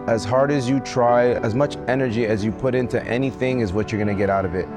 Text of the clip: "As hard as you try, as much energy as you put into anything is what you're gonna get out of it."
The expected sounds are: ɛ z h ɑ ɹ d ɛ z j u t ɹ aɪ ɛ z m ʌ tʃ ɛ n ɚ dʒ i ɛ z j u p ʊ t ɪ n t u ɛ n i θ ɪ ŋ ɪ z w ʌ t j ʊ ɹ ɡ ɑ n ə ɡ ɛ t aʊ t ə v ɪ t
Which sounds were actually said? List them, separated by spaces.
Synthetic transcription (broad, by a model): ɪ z h ɑ ɹ d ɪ z j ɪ t ɹ aɪ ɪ z m ʌ tʃ ɛ n ɚ dʒ i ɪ z j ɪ p ʊ t ɪ n t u ɛ n i θ ɪ ŋ ɪ z w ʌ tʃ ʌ ɹ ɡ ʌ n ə ɡ ɛ t aʊ t ə v ɪ t